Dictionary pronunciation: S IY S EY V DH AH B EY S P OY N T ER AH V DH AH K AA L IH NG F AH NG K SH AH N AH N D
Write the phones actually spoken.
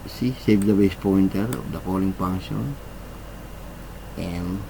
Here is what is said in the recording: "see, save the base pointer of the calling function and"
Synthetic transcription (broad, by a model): S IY S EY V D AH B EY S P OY N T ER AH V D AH K AA L IH NG P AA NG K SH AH N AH N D